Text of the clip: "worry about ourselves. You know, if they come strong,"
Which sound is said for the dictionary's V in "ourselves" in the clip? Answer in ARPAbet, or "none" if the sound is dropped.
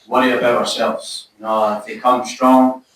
V